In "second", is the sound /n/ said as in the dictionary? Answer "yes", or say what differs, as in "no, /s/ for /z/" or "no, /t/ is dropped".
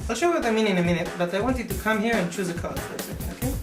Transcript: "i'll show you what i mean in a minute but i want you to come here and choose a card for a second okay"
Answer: no, /n/ is dropped